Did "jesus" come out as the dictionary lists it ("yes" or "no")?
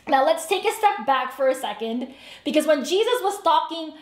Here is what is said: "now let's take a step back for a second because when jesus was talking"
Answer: yes